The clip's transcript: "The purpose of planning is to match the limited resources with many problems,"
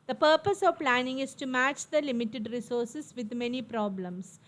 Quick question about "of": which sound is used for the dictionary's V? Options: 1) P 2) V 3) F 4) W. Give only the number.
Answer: 2